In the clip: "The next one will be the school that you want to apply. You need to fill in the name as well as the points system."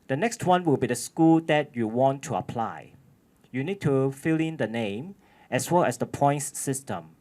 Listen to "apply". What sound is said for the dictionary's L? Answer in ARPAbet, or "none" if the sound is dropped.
L